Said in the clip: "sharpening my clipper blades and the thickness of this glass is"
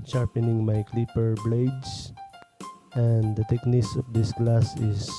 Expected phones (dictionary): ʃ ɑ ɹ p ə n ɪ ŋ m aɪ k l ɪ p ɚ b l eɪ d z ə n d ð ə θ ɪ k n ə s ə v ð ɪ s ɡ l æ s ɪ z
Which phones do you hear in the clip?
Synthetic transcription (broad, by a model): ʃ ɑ ɹ p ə n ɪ ŋ m aɪ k l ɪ p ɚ b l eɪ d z ə n d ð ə t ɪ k n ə s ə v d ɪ s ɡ l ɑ s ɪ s